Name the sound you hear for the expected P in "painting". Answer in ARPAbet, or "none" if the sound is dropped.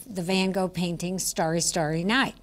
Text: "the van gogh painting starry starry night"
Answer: P